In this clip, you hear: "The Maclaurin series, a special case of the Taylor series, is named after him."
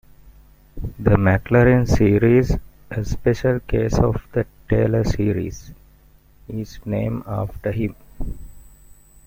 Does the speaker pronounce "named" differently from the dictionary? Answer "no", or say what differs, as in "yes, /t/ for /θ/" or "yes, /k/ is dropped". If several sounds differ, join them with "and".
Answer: yes, /d/ is dropped